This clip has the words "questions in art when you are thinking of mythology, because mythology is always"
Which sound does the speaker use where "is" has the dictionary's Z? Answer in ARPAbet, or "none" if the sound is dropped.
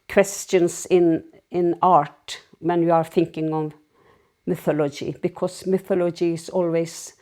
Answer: S